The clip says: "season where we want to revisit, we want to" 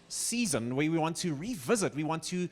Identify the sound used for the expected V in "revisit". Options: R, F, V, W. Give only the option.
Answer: V